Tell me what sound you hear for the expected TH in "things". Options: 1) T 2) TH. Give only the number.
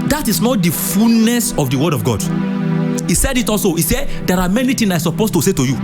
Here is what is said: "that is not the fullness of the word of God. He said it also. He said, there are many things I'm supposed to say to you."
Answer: 1